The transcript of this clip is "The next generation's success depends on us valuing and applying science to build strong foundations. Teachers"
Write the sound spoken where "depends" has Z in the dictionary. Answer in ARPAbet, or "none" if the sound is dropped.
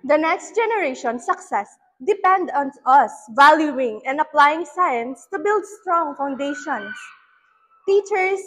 none